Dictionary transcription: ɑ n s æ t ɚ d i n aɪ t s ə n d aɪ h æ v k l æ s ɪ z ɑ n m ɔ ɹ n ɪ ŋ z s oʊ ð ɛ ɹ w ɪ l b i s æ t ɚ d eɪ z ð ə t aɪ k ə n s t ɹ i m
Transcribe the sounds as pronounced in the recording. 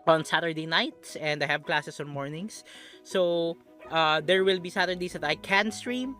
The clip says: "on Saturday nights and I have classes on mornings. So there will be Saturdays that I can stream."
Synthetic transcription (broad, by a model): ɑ n s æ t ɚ d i n aɪ t s ə n d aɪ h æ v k l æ s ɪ s ɑ n m ɔ ɹ n ɪ ŋ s s oʊ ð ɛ ɹ w ɪ l b i s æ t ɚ d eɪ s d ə t aɪ k ə n s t ɹ i m